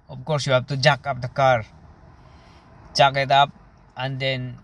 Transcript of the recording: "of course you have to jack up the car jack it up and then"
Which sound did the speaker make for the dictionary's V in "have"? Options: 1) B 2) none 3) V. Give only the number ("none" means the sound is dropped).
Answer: 1